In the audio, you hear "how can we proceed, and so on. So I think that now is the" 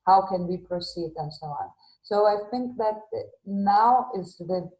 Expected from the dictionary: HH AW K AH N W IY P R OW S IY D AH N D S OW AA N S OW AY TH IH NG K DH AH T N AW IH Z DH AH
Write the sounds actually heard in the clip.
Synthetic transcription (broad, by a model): HH AW K AH N W IY P R OW S IY D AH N S OW AA N S OW AY TH IH NG K DH AH T N AW IH Z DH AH